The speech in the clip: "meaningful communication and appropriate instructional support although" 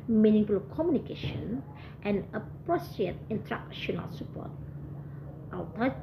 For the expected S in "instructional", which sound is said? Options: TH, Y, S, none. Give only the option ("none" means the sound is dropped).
none